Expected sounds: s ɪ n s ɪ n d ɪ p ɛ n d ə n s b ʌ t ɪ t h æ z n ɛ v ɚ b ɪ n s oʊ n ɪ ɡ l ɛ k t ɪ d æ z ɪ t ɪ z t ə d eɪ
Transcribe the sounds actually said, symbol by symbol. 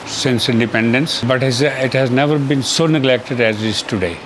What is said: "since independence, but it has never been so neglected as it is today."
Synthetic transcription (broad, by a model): s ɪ n s ɪ n d ɪ p ɛ n d ə n s b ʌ t ɪ t h æ z n ɛ v ɚ b ɪ n s oʊ n ɪ ɡ l ɛ k t ɪ d æ z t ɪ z t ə d eɪ